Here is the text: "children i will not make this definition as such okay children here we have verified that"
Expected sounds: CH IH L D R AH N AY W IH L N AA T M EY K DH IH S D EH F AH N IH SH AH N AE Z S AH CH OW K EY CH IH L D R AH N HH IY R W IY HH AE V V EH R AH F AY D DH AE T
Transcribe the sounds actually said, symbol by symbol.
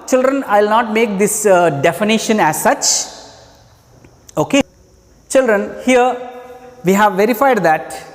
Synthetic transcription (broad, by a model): CH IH L D R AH N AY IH L N AA T M EY K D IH S D EH F AH N IH SH AH N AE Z S AH CH OW K EY CH IH L D R AH N HH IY R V IY HH AE V V EH R AH F AY D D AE T